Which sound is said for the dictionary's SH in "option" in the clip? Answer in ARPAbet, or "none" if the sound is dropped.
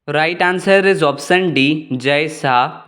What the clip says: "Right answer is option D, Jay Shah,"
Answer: S